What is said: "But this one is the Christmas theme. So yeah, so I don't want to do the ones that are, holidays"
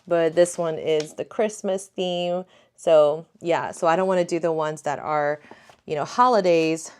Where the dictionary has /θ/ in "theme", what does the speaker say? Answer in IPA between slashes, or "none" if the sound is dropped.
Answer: /θ/